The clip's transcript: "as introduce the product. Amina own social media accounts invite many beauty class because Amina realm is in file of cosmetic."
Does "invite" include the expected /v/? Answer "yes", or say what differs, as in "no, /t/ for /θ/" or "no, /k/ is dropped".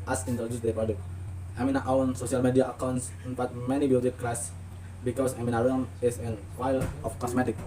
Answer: no, /f/ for /v/